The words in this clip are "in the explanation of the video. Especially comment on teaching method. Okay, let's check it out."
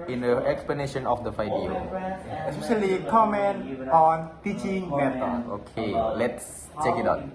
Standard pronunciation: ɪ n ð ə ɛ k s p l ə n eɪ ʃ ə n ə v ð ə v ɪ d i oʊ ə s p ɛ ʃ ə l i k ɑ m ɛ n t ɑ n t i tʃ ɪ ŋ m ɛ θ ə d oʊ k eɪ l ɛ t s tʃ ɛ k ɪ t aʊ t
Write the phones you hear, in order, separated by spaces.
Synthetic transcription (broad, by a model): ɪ n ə ɛ k s p l ə n eɪ ʃ ə n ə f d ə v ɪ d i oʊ ə s p ɛ ʃ ə l i k ɑ m ɛ n t ɑ n t i tʃ ɪ ŋ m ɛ t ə oʊ k eɪ l ɛ t s tʃ ɛ k ɪ t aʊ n